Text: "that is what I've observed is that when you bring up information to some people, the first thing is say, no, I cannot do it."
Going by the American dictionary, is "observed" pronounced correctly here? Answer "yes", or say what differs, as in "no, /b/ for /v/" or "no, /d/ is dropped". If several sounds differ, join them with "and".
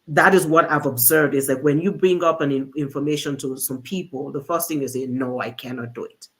yes